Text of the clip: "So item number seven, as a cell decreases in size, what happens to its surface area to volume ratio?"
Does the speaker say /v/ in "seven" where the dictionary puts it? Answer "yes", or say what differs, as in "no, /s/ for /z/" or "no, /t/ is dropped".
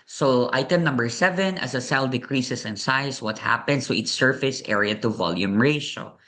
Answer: yes